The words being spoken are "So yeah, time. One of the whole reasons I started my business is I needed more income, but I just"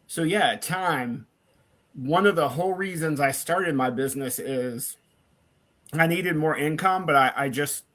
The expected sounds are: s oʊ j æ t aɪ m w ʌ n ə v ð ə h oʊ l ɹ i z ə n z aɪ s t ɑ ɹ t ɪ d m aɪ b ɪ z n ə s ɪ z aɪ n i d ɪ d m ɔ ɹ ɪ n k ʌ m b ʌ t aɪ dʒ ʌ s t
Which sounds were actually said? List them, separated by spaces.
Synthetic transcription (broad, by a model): s oʊ j æ t aɪ m w ʌ n ə v ð ə h oʊ l ɹ i z ə n z aɪ s t ɑ ɹ t ɪ d m aɪ b ɪ z n ə s ɪ z aɪ n i d ɪ d m ɔ ɹ ɪ n k ʌ m b ʌ t aɪ dʒ ʌ s t